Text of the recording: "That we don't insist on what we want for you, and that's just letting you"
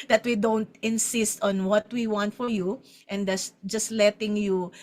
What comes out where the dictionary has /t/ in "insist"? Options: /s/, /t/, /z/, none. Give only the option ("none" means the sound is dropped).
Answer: /t/